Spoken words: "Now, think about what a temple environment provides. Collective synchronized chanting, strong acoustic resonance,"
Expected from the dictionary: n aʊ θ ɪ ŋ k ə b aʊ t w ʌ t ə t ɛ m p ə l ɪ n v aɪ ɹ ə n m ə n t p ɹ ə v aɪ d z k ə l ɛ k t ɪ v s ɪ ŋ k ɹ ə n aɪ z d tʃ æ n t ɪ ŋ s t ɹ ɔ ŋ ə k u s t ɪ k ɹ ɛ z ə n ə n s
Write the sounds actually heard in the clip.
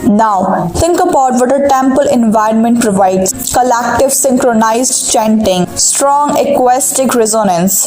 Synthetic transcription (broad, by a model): n aʊ t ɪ ŋ k ə b aʊ t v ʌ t ə t ɛ m p ə l ɪ n v aɪ ɹ ə n m ə n t p ɹ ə v aɪ d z k ə l ɛ k t ɪ v s ɪ ŋ k ɹ ə n aɪ z d tʃ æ n t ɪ ŋ s t ɹ ɔ ŋ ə k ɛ s t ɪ k ɹ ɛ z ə n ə n s